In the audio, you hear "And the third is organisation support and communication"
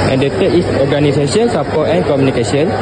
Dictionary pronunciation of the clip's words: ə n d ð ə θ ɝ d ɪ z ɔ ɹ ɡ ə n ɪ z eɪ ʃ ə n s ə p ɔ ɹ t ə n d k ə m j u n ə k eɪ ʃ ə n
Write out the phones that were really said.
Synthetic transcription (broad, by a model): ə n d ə t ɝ ɪ s ɔ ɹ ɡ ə n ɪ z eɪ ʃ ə n s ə p ɔ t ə n k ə m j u n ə k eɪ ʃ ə n